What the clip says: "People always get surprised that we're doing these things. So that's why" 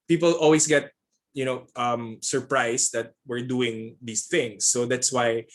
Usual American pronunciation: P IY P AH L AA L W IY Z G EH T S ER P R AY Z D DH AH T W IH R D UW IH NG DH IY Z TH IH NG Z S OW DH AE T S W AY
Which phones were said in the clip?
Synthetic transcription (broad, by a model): P IY P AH L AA L W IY S G EH T S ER P R AY S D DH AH T W IH R D UW IH NG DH IY S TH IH NG S OW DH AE T S W AY